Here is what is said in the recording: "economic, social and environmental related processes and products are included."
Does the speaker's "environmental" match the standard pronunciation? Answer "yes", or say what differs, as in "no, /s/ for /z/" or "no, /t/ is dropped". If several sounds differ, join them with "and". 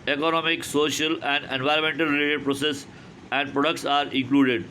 yes